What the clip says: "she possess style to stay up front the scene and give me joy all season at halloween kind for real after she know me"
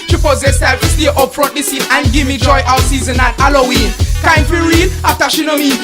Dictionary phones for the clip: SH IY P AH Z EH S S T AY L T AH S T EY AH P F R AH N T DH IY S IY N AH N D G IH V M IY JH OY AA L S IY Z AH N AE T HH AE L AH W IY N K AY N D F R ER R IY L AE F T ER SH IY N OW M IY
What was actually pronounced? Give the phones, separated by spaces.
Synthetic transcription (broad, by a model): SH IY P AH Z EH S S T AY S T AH T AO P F R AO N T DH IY S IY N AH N G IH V M IY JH OY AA W S IY Z AH N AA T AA L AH W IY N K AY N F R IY R IY L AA F T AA SH IY N OW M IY